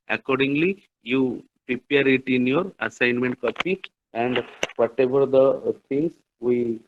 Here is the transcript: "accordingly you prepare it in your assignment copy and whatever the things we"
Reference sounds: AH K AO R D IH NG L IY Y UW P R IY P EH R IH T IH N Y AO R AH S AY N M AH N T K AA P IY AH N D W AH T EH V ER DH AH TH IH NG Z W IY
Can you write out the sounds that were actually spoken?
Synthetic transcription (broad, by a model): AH K AO R D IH NG L IY Y UW P R IY P EH R IH T IH N Y AO R AH S AY N M AH N T K AA P IY AH N D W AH T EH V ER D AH T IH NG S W IY